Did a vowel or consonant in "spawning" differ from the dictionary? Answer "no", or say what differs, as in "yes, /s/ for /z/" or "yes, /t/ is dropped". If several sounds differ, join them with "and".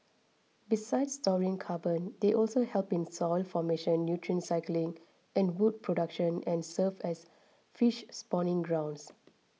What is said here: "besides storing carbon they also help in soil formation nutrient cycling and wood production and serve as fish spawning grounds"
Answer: no